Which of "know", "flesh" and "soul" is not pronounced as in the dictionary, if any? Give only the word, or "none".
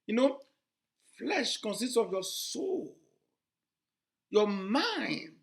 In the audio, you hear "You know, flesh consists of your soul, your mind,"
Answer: none